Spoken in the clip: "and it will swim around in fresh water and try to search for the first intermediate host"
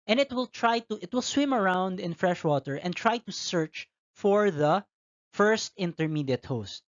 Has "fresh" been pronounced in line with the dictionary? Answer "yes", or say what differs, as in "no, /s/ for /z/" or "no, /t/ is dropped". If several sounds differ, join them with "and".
yes